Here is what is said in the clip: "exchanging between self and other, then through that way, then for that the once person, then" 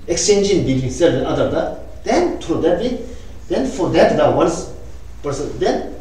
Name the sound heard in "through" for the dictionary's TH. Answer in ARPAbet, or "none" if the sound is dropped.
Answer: T